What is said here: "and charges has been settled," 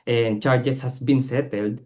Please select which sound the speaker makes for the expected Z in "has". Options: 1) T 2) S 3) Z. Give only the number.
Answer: 2